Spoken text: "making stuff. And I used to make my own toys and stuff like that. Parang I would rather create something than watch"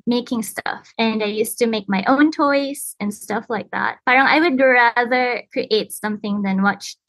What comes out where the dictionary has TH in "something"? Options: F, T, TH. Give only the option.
TH